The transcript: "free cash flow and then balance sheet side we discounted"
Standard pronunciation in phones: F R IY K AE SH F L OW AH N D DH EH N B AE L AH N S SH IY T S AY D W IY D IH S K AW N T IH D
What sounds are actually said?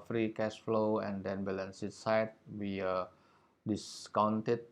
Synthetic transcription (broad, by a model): F R IY K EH S F L OW AH N D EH N B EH L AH N S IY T S AY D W IY D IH S K AW N T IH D